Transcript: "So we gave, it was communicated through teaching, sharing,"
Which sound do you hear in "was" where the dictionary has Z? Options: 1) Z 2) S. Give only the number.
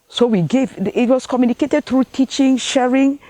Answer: 2